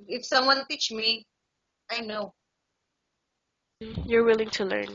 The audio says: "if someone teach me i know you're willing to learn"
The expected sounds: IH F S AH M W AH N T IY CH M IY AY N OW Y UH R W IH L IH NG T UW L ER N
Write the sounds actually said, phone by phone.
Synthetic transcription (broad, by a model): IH F S AH M W AH N T IY CH M IY AY N OW Y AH R W IH L IH NG T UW L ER N